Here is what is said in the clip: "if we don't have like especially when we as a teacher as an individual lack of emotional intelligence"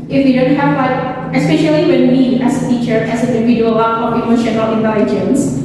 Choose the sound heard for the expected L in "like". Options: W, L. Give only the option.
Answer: W